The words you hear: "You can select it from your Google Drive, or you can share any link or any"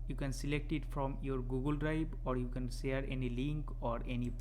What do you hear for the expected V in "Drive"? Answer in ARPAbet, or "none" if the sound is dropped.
B